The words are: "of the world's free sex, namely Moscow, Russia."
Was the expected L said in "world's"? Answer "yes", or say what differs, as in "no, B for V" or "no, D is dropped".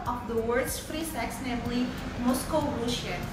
no, L is dropped